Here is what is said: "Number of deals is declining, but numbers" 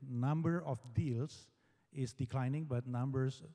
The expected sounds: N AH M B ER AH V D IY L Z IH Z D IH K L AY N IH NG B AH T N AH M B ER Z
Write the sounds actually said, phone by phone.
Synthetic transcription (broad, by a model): N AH M B ER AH F D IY L S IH S D IH K L AY N IH NG B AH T N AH M B ER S